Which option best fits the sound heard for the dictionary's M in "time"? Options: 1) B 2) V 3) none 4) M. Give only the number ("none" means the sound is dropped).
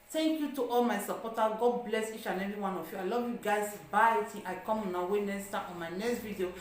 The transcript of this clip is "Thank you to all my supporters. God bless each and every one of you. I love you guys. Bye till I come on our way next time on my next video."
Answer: 3